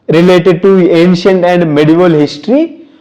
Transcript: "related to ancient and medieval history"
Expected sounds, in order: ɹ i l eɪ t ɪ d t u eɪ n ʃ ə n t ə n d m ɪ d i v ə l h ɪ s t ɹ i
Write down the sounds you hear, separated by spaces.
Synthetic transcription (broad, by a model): ɹ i l eɪ t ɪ d t u eɪ n ʃ ə n t ə n d m ɪ d i v ə l h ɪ s t ɹ i